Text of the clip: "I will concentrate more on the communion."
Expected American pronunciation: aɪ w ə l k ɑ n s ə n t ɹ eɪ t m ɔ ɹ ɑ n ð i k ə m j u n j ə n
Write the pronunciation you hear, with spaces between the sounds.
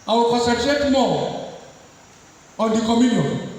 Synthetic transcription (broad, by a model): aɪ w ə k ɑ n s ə t eɪ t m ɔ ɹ ɑ n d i k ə m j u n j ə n